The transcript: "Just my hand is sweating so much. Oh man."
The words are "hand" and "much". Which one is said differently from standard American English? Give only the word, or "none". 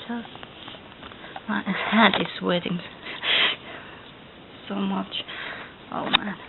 hand